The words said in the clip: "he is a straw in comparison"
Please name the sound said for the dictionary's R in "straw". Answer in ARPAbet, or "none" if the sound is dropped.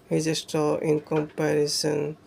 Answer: none